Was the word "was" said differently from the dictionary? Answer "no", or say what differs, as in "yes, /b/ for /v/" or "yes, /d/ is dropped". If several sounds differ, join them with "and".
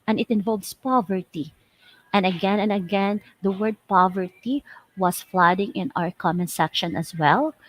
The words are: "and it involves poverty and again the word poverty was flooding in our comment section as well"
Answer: yes, /s/ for /z/